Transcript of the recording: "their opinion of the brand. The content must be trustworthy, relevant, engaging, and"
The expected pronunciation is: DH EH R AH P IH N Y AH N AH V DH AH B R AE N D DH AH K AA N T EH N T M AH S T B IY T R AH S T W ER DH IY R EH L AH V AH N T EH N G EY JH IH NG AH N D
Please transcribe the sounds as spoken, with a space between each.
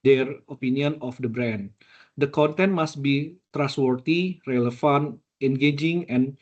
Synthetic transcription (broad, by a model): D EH R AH P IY N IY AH N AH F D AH B R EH N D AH K AA N T EH N T M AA S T B IY T R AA S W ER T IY R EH L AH F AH N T EH N G EY JH IH NG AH N